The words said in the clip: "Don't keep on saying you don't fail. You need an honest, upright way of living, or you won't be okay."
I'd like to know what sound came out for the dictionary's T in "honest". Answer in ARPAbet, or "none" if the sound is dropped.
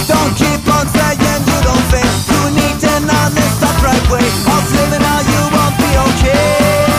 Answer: none